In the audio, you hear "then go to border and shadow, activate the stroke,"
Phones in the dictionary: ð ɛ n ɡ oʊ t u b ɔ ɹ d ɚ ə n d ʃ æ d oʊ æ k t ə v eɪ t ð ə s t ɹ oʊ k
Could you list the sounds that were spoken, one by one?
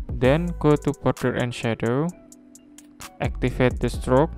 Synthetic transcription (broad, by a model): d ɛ n ɡ oʊ t u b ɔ ɹ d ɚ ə n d ʃ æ d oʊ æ k t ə f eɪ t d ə s t ɹ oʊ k